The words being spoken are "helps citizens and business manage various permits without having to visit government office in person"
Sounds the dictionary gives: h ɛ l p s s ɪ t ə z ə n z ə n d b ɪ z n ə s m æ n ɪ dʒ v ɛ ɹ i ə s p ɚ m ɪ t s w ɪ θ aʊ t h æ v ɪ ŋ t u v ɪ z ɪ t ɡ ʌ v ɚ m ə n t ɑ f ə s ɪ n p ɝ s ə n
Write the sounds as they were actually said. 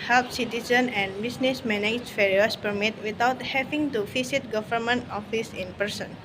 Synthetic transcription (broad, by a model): h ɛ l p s s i t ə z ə n ə n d b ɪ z n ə s m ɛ n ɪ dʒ f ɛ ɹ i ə s p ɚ m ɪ t w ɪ t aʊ t h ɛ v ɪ ŋ t u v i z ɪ t ɡ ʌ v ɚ m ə n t ɑ f ə s ɪ n p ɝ s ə n